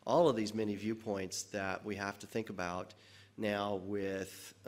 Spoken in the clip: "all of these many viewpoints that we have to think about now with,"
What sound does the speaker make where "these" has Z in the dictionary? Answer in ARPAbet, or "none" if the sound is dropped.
Z